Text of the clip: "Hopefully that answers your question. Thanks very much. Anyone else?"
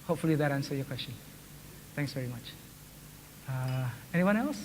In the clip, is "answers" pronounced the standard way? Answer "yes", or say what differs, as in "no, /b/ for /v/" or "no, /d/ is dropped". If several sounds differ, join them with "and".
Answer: no, /z/ is dropped